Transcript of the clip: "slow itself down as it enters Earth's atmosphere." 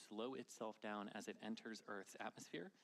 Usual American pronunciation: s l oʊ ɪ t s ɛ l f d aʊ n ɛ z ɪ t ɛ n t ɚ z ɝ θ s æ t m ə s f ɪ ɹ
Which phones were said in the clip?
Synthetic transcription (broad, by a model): s l oʊ ɪ t s ɛ l f d aʊ n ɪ z ɪ t ɛ n t ɚ z ɝ θ s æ t m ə s f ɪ ɹ